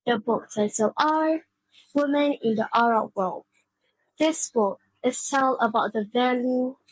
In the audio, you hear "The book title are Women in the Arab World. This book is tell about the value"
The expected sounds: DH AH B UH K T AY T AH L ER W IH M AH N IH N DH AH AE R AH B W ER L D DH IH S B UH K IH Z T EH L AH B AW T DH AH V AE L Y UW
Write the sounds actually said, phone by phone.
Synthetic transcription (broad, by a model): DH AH B UH K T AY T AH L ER W IH M AH N IH N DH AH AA R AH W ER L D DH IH S B UH K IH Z T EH L AH B AW T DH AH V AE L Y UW